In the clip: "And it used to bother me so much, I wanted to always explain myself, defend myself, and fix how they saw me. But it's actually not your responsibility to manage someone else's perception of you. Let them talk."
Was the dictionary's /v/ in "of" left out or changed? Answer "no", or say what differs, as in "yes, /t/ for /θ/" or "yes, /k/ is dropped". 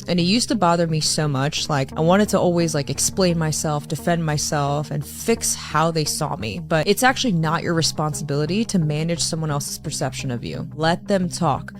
no